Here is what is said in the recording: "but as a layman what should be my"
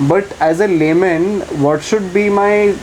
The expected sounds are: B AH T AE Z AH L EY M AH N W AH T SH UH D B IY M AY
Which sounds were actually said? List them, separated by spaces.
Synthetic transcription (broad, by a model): B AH T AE Z AH L EY M AH N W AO T SH UH D B IY M AY